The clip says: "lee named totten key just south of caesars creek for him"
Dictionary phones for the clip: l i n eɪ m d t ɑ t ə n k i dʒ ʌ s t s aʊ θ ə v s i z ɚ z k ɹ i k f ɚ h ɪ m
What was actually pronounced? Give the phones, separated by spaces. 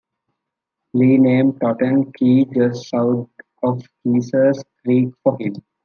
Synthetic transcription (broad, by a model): l i n eɪ m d t ɑ t ə n k i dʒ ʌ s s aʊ t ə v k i s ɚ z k ɹ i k f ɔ h ɪ m